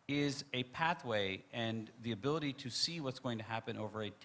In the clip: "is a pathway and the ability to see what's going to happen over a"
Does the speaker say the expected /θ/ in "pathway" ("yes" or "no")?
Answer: yes